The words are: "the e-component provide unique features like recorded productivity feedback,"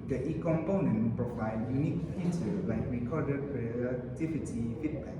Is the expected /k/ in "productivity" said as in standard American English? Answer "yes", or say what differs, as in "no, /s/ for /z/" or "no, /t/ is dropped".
no, /k/ is dropped